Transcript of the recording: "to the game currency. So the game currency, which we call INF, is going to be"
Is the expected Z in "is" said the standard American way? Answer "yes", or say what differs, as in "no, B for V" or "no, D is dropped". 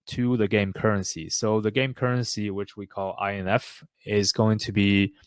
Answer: yes